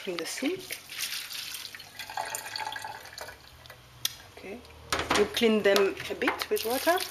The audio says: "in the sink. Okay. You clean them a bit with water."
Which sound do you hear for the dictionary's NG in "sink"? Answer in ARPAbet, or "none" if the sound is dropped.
none